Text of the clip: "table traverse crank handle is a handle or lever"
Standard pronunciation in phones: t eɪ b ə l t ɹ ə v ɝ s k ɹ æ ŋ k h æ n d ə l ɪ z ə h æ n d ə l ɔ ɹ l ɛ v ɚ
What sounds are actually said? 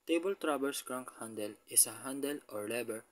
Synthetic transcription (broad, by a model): t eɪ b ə l t ɹ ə b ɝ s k ɹ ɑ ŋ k h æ n d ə l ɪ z ə h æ n d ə l ɔ ɹ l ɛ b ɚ